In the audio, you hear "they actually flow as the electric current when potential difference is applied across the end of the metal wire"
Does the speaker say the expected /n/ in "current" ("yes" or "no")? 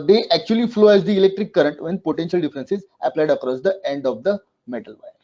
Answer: yes